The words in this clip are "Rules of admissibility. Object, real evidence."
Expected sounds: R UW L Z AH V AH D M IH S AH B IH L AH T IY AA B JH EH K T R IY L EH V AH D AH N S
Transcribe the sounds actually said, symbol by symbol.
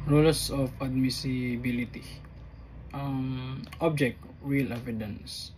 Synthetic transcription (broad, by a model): R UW L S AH F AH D M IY S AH B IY L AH T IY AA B JH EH K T W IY L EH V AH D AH N S